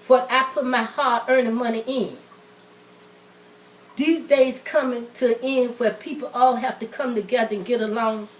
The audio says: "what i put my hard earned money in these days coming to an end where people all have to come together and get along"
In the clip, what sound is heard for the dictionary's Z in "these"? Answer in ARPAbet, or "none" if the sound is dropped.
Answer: Z